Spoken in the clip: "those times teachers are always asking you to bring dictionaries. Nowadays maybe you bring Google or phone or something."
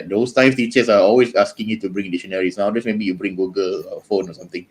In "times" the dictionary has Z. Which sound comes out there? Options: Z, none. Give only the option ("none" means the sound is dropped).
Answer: none